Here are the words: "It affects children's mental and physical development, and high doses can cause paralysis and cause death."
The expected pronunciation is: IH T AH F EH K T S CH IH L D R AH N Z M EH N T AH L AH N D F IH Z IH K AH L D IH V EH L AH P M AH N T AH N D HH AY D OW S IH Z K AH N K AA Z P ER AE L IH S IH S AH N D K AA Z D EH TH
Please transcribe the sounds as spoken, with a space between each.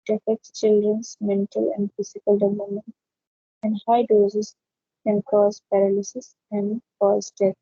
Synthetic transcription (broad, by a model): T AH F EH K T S CH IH L D R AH N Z M EH N T AH L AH N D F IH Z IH K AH L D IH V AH M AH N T AH N D HH AY D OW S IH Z K AH N K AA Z P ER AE L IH S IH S AH N D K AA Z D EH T